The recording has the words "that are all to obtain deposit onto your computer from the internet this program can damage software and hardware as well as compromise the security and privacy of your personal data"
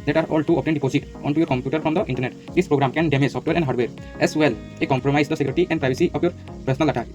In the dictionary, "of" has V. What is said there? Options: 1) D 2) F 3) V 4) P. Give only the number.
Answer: 4